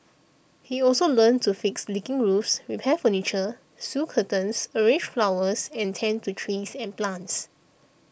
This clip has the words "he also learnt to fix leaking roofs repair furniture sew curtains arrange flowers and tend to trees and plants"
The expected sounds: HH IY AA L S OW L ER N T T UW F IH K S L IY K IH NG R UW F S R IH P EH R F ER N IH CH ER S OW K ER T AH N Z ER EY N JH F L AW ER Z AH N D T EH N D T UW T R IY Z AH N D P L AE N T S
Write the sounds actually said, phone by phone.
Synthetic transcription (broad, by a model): HH IY AA L S OW L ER N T T UW F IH K S L IY K IH NG R UW F S R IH P EH F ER N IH CH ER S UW K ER T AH N S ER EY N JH F L AW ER S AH N T EH N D T UW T R IY S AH N P L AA N T S